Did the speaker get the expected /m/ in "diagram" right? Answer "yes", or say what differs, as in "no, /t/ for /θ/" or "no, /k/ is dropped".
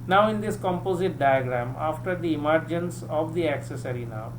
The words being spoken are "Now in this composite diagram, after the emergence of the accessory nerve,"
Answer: yes